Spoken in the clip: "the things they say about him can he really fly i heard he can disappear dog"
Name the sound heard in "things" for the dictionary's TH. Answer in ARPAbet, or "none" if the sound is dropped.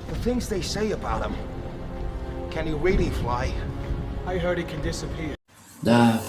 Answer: TH